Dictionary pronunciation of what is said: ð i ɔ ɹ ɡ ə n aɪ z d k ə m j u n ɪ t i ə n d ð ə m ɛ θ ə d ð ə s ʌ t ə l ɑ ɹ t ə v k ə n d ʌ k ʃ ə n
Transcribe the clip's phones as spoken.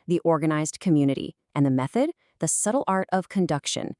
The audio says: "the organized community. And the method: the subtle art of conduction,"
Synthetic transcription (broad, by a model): ð i ɔ ɹ ɡ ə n aɪ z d k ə m j u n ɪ t i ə n ð ə m ɛ θ ə d ð ə s ʌ t l ɑ ɹ t ə v k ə n d ʌ k ʃ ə n